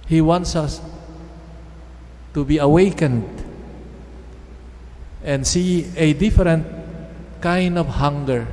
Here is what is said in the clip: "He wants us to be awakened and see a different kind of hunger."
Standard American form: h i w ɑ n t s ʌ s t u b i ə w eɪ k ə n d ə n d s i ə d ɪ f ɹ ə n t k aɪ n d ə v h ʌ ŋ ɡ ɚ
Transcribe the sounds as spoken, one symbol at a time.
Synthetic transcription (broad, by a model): h i w ɑ n t s ʌ s t u b i ə w eɪ k ə n d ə n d s i ə d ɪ f ɹ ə n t k aɪ n d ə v h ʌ ŋ ɡ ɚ